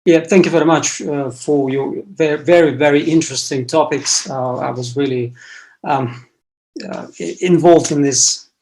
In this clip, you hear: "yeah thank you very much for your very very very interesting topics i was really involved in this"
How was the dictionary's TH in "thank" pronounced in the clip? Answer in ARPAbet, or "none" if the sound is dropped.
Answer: TH